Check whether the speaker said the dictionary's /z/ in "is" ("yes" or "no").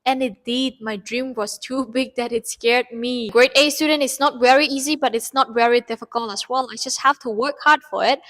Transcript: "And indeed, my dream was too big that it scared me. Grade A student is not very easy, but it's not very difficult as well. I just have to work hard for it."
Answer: no